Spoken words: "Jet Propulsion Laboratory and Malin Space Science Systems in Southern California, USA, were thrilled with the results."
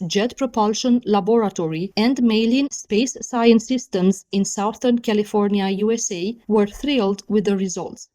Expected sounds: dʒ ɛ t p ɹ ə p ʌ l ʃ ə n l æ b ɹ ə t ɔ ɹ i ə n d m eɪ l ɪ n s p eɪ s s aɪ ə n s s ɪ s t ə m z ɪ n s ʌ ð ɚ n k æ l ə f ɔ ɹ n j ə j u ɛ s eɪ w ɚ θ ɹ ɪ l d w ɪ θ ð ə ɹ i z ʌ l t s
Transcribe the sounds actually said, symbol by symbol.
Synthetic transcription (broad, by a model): dʒ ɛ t p ɹ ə p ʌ l ʃ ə n l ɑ b ɹ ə t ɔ ɹ i ə n d m eɪ l ɪ n s p eɪ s s aɪ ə n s s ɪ s t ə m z ɪ n s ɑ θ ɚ n k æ l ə f ɔ ɹ n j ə j u ɛ s eɪ w ɚ θ ɹ ɪ l d w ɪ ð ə ɹ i z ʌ l t s